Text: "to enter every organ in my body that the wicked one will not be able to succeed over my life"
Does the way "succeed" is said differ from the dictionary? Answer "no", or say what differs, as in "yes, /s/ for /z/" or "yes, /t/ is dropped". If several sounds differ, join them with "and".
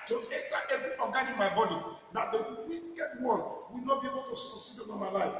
yes, /k/ is dropped